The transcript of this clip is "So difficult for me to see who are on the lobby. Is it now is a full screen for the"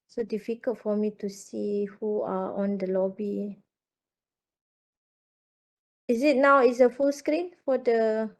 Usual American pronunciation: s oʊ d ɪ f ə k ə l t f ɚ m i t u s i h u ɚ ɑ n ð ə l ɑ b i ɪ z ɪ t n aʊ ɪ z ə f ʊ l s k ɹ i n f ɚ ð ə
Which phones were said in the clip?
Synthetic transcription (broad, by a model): s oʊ d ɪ f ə k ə l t f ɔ m i t u s i h u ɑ ɑ n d ə l ɑ b i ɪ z ɪ t n aʊ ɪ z ə f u l s k ɹ i n f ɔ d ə